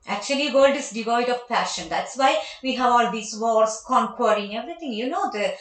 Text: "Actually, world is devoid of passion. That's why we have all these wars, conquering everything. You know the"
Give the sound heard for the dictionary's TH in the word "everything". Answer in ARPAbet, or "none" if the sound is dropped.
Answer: T